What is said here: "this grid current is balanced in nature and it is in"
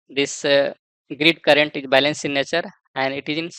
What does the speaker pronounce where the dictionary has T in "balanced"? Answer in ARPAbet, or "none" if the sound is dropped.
none